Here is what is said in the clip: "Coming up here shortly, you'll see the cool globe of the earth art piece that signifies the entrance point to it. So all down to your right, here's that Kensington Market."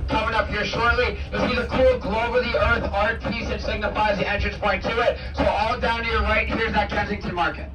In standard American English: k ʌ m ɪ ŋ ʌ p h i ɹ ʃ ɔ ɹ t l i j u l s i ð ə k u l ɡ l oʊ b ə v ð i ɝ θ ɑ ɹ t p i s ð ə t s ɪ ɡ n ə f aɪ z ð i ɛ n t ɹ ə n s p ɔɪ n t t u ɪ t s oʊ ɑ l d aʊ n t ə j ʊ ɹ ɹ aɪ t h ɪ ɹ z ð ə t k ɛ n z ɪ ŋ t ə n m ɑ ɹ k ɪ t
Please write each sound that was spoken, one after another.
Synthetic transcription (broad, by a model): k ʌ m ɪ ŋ ʌ p h i ɹ ʃ ɔ ɹ t l i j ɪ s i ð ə k u l ɡ l oʊ ə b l i ɝ θ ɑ ɹ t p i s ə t s ɪ ɡ n ə f aɪ z ð i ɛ n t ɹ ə n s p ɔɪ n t t u ɪ t s oʊ ɑ l d aʊ n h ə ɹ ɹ aɪ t h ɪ ɹ z ð ə t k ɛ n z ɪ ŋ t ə m ɑ ɹ k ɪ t